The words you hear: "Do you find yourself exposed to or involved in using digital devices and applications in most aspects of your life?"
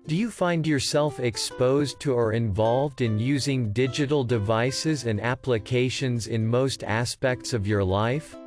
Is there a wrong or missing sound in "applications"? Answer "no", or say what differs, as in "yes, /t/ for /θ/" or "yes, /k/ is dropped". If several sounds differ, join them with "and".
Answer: no